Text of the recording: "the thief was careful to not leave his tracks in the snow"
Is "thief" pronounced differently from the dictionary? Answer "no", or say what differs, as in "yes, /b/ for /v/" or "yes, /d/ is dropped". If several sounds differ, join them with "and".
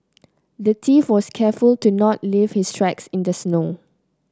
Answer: yes, /t/ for /θ/